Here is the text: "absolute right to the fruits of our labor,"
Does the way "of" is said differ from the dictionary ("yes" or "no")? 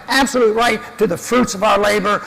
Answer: no